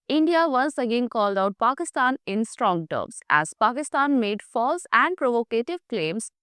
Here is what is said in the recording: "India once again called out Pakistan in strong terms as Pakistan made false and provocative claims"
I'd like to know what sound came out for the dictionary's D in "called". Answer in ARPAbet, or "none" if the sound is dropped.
D